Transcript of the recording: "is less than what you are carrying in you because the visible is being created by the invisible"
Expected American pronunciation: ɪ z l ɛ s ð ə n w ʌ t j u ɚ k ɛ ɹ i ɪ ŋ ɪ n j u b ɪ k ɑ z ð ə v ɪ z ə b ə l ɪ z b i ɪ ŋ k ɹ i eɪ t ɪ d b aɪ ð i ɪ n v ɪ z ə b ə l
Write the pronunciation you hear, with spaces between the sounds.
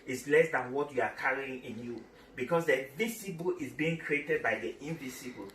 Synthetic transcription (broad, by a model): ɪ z l ɛ s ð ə n w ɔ t j u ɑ k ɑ ɹ i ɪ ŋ ɪ n j u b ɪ k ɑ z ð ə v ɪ s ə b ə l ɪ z b i ɪ ŋ k ɹ i eɪ t ɪ d b aɪ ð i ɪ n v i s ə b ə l